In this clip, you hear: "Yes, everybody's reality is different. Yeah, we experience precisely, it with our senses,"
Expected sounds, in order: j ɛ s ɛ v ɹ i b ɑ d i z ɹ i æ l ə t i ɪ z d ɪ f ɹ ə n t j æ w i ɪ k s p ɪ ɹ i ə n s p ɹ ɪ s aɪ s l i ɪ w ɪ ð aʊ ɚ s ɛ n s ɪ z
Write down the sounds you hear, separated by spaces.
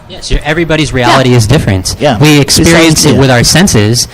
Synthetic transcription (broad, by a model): j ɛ s ɛ v ɹ i b ɑ d i z ɹ i æ l ə t i ɪ z d ɪ f ɹ ə n t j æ w i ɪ k s p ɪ ɹ i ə n s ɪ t w ɪ ð aʊ ɚ s ɛ n s ɪ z